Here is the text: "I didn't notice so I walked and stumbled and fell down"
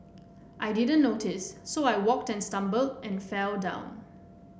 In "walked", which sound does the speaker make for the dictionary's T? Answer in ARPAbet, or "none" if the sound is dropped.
T